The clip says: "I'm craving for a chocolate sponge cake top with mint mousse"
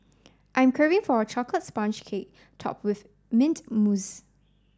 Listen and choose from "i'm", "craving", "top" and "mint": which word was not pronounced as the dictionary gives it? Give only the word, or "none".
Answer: craving